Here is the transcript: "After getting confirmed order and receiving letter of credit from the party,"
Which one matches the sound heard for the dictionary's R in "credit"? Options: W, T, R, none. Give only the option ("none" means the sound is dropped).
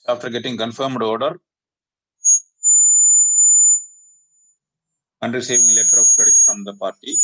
none